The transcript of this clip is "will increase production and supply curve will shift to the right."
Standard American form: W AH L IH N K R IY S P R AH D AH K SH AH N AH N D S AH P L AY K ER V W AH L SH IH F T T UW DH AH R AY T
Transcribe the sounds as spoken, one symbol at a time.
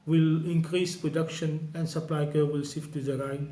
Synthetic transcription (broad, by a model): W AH L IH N K R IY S P R AH D AH K SH AH N AH N D S AH P L AY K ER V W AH L S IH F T T UW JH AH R AY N